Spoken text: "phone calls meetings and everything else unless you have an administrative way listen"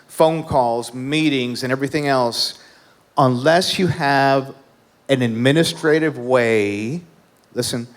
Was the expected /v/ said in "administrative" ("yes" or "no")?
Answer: yes